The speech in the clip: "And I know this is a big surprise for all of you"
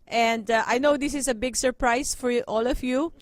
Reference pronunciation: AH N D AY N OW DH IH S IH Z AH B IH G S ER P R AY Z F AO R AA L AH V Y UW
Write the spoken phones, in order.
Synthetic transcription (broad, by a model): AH N D AY N OW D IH S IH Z AH B IH G S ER P R AY S F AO R AA L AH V Y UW